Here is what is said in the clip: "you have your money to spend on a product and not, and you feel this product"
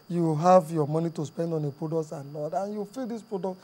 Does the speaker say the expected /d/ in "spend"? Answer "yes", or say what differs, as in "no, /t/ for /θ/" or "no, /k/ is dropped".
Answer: yes